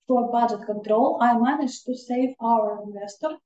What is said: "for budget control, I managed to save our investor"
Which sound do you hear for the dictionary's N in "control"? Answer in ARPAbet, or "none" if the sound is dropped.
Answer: N